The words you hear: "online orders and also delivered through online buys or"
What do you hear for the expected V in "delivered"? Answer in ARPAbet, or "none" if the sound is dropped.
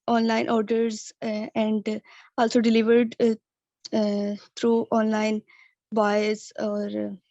V